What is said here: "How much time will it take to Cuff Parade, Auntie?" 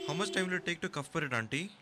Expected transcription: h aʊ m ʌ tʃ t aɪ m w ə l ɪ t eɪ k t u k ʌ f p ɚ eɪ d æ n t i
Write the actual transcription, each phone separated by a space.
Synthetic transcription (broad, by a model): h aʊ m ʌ s t aɪ m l ɪ t eɪ k t u k ʌ f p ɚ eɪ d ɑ n t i